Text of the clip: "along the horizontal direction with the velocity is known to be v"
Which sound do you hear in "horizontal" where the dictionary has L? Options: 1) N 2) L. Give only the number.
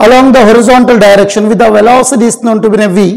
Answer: 2